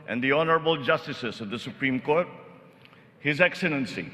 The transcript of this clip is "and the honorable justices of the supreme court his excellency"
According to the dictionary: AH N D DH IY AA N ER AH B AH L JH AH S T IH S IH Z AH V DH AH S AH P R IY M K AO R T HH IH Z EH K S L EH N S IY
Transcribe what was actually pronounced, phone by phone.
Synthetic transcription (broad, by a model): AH N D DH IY AA N ER AH B AH L JH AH S T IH S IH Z AH V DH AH S AH P R IY M K AO R T HH IH Z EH K S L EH N S IY